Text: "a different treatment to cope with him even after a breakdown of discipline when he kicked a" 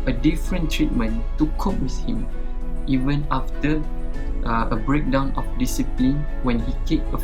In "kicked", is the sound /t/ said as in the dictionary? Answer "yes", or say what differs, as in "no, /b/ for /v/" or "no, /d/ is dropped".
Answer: no, /t/ is dropped